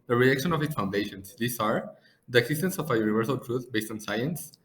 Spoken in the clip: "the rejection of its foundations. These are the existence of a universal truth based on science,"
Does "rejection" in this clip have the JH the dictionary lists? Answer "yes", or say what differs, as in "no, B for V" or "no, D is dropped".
no, JH is dropped